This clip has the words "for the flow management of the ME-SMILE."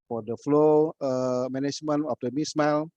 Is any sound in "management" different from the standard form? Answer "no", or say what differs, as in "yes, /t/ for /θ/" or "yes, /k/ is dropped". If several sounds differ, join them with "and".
yes, /t/ is dropped